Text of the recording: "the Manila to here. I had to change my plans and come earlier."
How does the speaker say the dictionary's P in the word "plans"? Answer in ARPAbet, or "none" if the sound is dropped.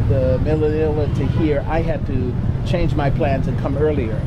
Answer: P